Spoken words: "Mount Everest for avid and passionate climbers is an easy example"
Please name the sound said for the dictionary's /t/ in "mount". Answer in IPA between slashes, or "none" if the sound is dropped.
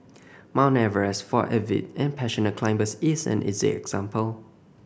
none